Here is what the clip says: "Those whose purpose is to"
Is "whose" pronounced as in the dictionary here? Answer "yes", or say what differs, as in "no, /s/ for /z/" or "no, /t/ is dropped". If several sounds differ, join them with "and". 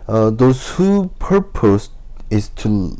no, /z/ is dropped